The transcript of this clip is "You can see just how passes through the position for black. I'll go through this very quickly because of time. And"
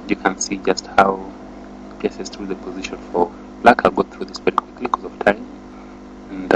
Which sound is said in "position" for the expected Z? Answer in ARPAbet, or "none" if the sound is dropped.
Z